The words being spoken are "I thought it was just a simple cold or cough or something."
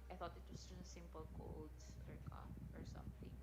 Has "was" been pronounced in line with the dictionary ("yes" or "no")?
no